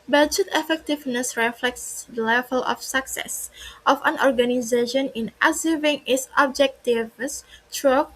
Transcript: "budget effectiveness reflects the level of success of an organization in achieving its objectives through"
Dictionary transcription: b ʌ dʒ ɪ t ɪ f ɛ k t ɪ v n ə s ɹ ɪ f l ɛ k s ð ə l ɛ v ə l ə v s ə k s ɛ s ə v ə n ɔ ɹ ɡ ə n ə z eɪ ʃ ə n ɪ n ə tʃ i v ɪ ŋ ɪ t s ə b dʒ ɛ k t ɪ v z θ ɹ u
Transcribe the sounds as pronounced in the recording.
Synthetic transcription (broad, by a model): b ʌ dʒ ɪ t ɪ f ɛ k t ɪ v n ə s ɹ ɪ f l ɛ k s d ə l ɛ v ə l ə f s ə k s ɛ s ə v ə n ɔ ɹ ɡ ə n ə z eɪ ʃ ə n ɪ n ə s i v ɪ ŋ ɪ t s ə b dʒ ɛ k t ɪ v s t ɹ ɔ